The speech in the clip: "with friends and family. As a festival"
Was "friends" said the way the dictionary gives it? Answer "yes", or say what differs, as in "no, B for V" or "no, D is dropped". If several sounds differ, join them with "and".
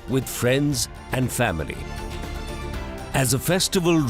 yes